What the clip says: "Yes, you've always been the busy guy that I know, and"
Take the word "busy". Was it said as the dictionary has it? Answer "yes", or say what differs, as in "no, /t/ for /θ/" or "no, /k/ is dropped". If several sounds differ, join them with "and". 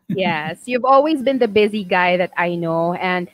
yes